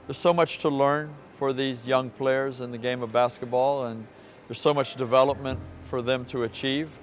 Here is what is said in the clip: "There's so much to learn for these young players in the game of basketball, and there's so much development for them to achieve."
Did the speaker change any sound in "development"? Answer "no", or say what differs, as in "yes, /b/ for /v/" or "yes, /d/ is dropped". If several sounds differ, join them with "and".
no